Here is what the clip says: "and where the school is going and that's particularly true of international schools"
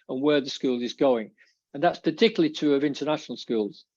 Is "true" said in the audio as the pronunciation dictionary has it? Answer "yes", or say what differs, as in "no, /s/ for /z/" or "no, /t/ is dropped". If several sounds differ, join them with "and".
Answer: no, /ɹ/ is dropped